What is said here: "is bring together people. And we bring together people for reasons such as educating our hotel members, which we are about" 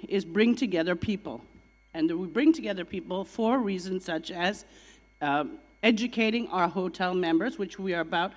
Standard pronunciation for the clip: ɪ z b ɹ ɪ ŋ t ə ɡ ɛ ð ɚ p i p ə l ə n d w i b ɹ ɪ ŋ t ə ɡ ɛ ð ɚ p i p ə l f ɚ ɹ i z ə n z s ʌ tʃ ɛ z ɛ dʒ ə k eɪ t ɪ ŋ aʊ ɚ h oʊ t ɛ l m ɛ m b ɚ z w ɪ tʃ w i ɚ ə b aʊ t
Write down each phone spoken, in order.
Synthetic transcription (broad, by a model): ɪ z b ɹ ɪ ŋ t ə ɡ ɛ ð ɚ p i p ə l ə n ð w i b ɹ ɪ ŋ t ə ɡ ɛ ð ɚ p i p l f ɚ ɹ i z ə n z s ʌ tʃ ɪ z ɛ dʒ ə k eɪ t ɪ ŋ aʊ ɚ h oʊ t ɛ l m ɛ m b ɚ z w ɪ tʃ w i ɚ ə b aʊ t